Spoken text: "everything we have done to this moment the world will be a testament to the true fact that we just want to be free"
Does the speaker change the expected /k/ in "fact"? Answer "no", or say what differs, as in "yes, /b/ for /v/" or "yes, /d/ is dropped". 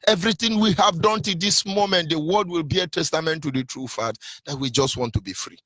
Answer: yes, /k/ is dropped